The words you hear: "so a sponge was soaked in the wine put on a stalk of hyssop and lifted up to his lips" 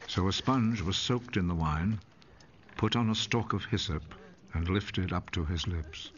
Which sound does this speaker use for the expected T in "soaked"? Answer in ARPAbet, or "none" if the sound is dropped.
T